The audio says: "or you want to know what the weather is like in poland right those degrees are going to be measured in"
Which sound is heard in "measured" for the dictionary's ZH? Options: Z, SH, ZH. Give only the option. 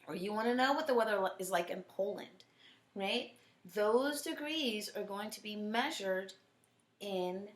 ZH